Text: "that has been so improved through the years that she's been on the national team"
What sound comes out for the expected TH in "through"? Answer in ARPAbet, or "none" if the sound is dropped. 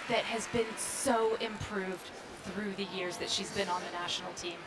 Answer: TH